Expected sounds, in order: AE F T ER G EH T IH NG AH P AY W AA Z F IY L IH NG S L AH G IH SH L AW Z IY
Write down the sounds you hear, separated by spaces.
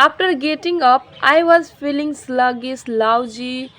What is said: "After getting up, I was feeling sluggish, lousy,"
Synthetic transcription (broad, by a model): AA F T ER G EH T IH NG AH P AY W AA Z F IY L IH NG S L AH G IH S L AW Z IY